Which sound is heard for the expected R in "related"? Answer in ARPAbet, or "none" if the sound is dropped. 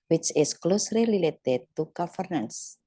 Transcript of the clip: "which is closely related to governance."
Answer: L